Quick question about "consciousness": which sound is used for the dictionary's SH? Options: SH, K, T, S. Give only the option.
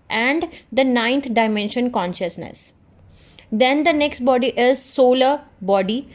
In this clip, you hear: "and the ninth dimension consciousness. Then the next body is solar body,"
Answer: SH